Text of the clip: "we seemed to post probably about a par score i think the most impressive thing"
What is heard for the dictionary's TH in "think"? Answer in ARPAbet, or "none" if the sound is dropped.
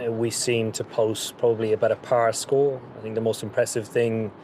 TH